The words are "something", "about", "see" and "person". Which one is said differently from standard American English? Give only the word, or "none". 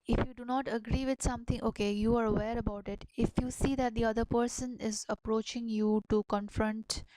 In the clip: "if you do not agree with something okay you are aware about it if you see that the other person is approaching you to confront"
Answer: something